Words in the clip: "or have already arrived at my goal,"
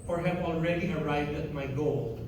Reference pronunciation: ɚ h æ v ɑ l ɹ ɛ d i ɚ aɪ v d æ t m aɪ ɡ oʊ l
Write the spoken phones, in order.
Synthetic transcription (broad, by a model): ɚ h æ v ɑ l ɹ ɛ d i ɚ aɪ v d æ t m aɪ ɡ oʊ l